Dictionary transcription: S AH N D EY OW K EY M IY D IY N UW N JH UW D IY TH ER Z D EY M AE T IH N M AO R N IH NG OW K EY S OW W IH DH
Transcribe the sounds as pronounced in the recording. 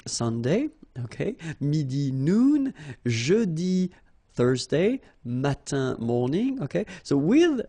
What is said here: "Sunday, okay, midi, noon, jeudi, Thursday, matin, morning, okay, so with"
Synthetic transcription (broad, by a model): S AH N D EY OW K EY M IY D IY N UW N ZH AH D IY TH ER Z D EY M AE T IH M AO R N IH NG OW K EY S OW W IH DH